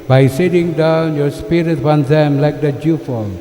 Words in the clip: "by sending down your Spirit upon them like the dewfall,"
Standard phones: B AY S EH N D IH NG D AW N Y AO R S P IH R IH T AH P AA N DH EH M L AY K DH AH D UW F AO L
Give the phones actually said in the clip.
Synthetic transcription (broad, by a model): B AY S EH D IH NG D AW N Y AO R S P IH R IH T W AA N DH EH M L AY K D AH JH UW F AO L